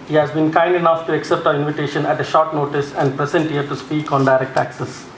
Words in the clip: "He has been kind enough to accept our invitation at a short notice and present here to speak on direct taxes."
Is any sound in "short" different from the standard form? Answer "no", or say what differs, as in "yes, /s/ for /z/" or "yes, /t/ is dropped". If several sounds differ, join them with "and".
no